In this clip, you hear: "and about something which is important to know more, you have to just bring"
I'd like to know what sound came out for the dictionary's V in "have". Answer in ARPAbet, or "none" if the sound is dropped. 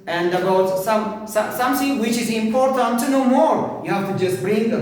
F